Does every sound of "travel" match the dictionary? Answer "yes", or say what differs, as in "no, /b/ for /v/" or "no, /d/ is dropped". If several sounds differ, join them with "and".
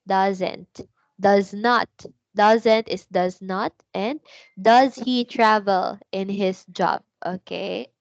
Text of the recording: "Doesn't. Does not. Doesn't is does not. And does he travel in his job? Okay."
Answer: yes